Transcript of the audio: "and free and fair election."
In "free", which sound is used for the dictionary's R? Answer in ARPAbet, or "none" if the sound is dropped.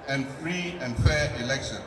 R